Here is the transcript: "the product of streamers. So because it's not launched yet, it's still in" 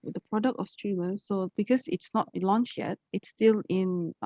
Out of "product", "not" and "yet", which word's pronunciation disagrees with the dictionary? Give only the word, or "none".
none